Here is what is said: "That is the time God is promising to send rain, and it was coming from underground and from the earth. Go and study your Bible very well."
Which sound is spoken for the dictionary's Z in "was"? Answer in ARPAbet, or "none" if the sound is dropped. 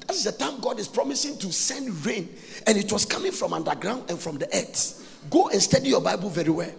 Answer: S